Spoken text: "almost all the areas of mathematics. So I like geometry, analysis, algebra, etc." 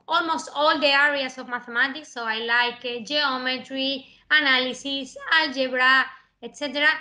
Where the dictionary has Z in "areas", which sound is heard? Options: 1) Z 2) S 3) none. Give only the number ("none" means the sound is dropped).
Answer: 2